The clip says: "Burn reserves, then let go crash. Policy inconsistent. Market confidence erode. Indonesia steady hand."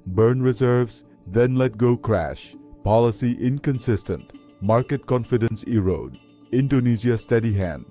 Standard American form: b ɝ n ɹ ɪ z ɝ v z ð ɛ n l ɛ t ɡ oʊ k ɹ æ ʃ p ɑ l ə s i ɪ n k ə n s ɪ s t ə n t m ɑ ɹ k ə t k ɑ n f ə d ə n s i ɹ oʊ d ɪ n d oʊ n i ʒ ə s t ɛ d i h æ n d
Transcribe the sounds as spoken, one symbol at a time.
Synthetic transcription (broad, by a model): b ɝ n ɹ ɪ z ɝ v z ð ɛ n l ɛ t ɡ oʊ k ɹ æ ʃ p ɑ l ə s i ɪ n k ə n s ɪ s t ə n t m ɑ ɹ k ə t k ɑ n f ə d ə n s i ɹ oʊ d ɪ n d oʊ n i z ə s t ɛ d i h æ n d